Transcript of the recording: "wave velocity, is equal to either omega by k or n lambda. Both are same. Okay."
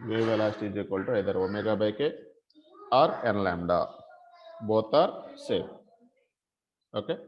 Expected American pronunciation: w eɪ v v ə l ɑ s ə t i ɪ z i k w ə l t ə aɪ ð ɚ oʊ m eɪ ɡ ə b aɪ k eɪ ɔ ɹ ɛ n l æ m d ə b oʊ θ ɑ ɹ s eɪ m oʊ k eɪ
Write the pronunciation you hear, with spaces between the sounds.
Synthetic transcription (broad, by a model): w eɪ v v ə l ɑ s t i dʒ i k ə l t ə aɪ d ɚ oʊ m eɪ ɡ ə b aɪ k eɪ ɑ ɹ ɛ n l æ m d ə b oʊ t ɑ ɹ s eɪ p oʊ k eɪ